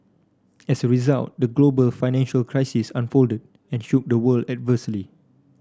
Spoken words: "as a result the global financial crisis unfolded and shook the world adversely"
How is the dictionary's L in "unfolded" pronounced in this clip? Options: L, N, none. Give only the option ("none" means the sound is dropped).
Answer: L